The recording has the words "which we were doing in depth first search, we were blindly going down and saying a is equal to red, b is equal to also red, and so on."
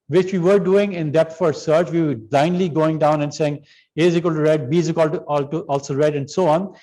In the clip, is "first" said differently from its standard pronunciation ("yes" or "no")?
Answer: yes